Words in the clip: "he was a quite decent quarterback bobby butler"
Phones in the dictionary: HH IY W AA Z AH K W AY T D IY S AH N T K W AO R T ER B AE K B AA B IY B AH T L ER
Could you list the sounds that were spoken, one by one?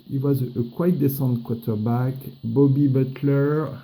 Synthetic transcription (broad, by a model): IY W AA Z AH K W AY T D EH S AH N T K W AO T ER B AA K B AA B IY B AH T L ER